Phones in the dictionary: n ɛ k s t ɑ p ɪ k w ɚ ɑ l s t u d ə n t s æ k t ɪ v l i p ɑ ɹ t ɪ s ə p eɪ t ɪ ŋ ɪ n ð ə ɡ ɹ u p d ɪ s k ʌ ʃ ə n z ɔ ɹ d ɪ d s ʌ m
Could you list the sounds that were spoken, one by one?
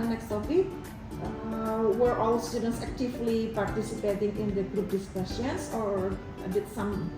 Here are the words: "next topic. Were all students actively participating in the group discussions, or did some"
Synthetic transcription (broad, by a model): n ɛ k s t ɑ f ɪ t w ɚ ɑ l s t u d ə n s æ k t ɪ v l i p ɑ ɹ t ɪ s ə p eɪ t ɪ ŋ ɪ n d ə ɡ ɹ u p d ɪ s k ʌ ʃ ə n s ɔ ɹ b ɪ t s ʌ m